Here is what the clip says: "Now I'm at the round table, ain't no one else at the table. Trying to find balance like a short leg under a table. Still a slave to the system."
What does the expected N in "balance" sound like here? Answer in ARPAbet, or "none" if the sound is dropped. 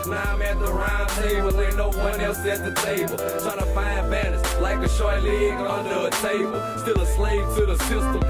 none